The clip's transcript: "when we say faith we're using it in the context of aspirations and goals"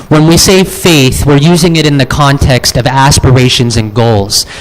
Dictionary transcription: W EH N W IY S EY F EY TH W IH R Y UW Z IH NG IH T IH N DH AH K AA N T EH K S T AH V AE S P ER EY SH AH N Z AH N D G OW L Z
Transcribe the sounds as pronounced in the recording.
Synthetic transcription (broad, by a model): W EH N W IY S EY F EY TH W IH R Y UW Z IH NG IH T IH N DH AH K AA N T EH K S T AH V AE S P ER EY SH AH N Z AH N G OW L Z